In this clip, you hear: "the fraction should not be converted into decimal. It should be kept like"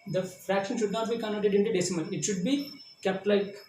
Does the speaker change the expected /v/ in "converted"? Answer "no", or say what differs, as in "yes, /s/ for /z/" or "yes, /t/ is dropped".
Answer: yes, /v/ is dropped